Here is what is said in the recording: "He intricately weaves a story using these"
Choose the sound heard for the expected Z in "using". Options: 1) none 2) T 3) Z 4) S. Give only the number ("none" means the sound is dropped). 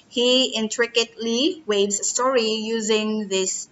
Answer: 3